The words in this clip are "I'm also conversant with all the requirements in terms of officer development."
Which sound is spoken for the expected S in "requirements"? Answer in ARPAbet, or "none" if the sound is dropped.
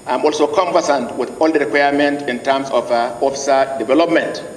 none